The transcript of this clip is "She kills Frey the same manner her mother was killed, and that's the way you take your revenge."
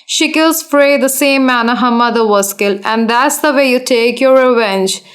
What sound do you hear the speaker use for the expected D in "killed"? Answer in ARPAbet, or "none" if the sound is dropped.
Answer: none